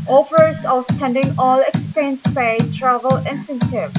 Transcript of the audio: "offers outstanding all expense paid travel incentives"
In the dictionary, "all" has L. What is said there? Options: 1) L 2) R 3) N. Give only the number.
1